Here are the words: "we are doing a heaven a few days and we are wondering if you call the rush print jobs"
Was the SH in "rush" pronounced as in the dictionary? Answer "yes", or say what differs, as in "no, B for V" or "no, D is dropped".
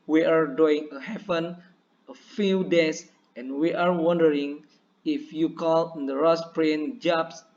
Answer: no, S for SH